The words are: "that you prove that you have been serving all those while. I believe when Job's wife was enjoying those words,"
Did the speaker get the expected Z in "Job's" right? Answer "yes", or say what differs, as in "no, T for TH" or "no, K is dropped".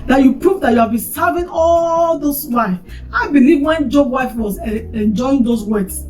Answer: no, Z is dropped